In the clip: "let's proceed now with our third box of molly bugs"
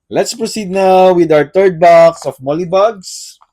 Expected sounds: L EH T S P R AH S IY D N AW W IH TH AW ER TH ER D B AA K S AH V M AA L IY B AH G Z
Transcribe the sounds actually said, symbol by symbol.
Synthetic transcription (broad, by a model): L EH T S P R AH S IY D N AW W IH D AW ER T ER D B AA K S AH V M AA L IY B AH G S